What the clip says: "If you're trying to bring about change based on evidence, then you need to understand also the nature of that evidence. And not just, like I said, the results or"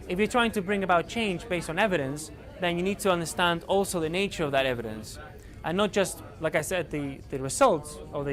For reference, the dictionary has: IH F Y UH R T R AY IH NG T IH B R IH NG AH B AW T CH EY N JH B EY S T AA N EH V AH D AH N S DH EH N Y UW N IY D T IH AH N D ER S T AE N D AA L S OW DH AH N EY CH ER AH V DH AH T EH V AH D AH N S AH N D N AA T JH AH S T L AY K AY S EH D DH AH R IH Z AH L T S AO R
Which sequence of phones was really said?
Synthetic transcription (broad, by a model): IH F Y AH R T R AY IH NG T IH B R IH NG AH B AW T CH EY N JH B EY S T N EH V AH D AH N S DH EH N Y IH N IY D T IH AH N D ER S T AE N D AA L S OW DH AH N EY CH ER AH V DH AH T EH V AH D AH N S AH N N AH T JH AH S T L AY K AY S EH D DH AH R IH Z AH L T S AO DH